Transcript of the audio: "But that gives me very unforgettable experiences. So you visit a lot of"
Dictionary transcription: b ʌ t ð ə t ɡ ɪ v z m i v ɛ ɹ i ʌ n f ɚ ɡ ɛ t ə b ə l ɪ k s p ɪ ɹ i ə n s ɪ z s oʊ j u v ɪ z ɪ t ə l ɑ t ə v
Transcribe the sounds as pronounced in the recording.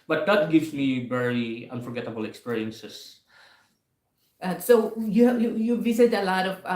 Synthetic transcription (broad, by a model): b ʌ t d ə t ɡ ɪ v s m i v ɛ ɹ i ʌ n f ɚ ɡ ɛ t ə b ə l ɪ k s p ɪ ɹ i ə n s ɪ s s oʊ j u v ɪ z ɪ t ə l ɑ t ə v